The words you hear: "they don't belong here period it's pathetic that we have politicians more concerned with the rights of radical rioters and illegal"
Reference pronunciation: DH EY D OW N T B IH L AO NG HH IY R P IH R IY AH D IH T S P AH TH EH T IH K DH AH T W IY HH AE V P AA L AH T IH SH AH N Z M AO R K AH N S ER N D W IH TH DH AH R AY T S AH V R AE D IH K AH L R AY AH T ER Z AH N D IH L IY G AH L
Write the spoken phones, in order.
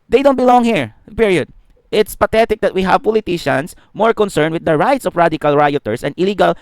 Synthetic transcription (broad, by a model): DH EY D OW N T B IH L AO NG HH IY R P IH R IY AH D IH T S P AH T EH T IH K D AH T W IY HH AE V P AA L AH T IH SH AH N S M AO R K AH N S ER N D W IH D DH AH R AY T S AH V R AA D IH K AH L R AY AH T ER S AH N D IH L IY G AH L